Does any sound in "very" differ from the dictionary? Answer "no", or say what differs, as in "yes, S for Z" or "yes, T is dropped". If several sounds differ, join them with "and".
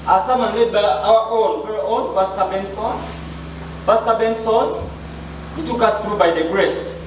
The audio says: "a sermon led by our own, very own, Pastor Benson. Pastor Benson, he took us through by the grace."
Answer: yes, F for V